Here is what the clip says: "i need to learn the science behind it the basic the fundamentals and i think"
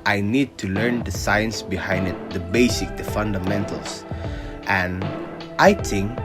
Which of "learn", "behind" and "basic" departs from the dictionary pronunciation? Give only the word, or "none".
none